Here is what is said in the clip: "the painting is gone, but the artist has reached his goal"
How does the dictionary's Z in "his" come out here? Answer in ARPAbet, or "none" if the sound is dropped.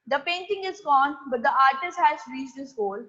S